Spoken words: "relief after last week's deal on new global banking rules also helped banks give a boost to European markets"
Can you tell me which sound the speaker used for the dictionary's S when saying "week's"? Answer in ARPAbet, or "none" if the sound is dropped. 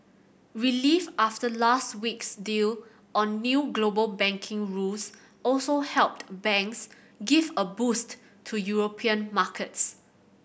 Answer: S